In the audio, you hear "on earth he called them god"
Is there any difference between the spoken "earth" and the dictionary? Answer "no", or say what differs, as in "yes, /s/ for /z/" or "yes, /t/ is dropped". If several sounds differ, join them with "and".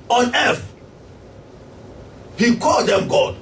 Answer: yes, /f/ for /θ/